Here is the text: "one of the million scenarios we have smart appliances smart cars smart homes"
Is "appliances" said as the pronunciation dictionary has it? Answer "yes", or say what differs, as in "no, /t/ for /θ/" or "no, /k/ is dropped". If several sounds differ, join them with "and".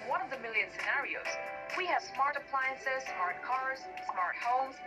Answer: yes